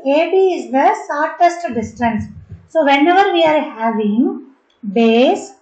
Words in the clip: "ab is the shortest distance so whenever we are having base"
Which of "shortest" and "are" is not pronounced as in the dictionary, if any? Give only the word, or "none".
shortest